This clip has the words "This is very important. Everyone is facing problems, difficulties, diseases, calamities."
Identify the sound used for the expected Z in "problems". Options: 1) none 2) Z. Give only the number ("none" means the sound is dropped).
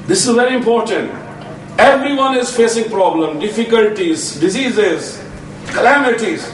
1